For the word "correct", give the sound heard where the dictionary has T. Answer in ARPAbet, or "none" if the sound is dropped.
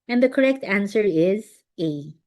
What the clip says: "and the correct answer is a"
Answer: T